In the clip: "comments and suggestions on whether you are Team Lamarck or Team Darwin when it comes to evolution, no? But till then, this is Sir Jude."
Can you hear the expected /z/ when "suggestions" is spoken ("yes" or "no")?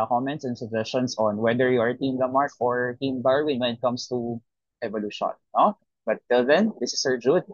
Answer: no